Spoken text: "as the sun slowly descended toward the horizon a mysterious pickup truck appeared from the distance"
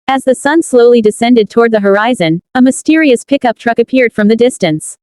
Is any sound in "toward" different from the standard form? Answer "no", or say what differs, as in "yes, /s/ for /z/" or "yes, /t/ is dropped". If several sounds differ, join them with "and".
no